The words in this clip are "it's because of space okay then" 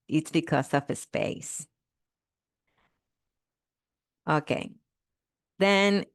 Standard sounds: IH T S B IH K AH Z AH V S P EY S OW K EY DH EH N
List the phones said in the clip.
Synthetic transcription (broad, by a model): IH T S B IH K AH S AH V S P EY S OW K EY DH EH N